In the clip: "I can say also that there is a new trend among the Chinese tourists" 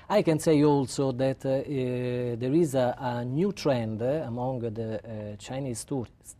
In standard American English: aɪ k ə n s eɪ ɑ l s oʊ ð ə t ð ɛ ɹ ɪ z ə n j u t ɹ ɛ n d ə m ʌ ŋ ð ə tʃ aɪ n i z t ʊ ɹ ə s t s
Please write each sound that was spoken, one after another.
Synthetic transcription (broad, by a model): aɪ k ə n s eɪ ɑ l s oʊ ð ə t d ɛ ɹ ɪ z ə n j u t ɹ ɛ n d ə m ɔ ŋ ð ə tʃ aɪ n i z t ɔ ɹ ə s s